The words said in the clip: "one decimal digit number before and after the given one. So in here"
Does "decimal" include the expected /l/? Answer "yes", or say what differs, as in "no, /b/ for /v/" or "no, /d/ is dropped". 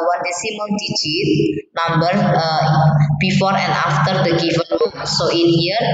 no, /n/ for /l/